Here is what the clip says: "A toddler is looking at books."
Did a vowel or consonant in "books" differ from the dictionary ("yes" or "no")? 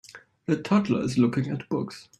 no